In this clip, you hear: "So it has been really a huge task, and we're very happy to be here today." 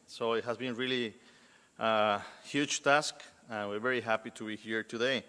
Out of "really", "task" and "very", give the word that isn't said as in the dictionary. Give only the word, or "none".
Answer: none